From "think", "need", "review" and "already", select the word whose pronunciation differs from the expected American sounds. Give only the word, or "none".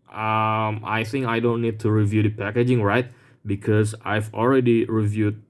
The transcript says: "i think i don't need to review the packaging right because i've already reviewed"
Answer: none